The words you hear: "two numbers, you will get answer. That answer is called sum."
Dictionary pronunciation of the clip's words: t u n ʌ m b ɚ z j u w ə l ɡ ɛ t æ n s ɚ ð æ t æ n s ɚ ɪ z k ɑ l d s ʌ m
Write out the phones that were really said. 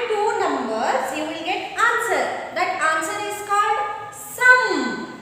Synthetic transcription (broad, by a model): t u n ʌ m b ɚ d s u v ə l ɡ ɛ t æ n s ɚ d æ t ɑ n s ɚ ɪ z k ɑ l d s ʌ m